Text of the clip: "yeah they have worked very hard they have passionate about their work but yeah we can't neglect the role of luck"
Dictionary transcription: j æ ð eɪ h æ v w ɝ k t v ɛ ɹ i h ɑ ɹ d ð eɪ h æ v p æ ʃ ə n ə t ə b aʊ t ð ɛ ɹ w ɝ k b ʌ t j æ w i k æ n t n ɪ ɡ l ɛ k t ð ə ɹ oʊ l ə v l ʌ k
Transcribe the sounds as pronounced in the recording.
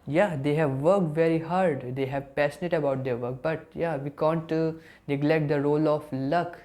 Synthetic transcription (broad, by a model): j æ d eɪ h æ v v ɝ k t v ɛ ɹ i h ɑ ɹ d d eɪ h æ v p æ s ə n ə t ə b aʊ t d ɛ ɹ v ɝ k b ʌ t j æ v i k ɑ n t n ɪ ɡ l ɛ k t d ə ɹ oʊ l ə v l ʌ k